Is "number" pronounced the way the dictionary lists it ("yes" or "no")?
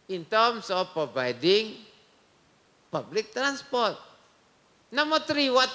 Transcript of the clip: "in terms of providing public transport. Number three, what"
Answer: no